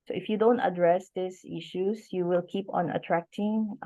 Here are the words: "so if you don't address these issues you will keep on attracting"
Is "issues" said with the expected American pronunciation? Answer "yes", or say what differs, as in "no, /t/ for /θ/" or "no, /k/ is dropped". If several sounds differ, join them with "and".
no, /s/ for /z/